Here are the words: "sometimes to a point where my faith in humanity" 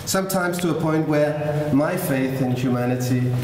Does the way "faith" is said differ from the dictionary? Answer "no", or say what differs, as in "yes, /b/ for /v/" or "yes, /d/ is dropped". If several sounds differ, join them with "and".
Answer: no